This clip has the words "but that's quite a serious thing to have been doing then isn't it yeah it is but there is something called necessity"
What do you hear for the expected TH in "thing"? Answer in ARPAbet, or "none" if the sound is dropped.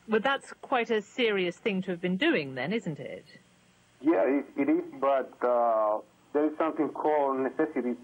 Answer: TH